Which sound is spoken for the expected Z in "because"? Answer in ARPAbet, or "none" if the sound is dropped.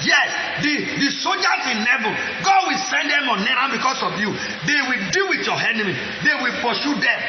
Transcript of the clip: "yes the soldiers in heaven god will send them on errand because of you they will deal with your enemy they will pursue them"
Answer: S